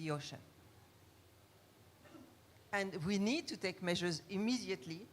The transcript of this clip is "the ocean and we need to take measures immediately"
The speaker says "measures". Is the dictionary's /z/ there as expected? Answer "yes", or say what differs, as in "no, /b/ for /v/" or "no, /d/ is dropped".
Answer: yes